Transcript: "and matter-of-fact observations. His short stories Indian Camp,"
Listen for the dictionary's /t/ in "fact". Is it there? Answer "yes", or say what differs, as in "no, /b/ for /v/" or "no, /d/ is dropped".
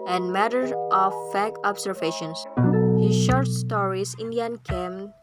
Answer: no, /t/ is dropped